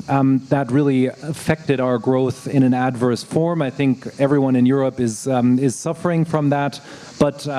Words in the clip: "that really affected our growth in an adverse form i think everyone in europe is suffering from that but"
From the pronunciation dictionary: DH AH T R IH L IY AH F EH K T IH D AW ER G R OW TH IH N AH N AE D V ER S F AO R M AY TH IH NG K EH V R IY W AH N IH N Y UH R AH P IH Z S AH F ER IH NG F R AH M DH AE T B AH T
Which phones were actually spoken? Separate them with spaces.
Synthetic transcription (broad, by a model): DH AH T R IH L IY AH F EH K T IH D AW ER G R OW TH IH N AH N AE D V ER S F AO R M AY TH IH NG K EH V R IY W AH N IH N Y UH R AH P IH Z S AH F ER IH NG F R AH M DH AE T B AH T